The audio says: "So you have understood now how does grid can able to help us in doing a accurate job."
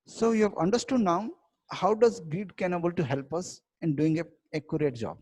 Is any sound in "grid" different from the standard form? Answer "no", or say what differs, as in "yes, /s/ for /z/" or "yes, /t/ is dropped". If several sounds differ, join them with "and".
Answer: yes, /ɹ/ is dropped